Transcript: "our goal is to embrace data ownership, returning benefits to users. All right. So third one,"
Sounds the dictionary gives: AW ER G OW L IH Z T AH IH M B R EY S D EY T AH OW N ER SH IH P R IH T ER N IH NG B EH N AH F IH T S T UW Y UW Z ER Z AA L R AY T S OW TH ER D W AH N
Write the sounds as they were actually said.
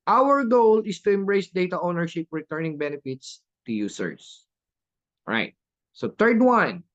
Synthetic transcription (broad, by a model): AW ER G OW L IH S T AH IH M B R EY S D EY T AH OW N ER SH IH P R IH T ER N IH NG B EH N AH F IH T S T UW Y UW S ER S R AY T S OW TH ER D W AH N